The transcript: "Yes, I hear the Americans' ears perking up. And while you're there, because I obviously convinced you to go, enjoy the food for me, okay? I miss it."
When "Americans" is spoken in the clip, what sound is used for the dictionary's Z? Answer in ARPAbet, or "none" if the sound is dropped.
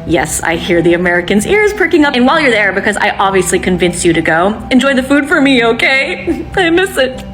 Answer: Z